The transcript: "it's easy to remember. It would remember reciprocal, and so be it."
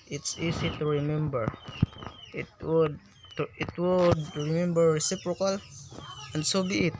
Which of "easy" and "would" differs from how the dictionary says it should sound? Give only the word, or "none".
easy